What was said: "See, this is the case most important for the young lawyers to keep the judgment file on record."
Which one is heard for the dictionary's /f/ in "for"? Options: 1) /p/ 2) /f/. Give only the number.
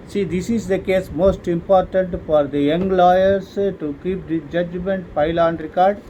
2